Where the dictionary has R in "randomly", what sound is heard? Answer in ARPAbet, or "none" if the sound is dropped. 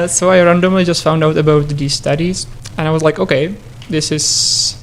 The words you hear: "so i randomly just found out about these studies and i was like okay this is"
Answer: R